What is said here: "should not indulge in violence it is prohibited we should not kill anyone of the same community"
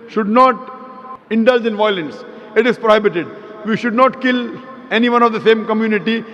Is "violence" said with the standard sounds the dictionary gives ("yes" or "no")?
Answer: yes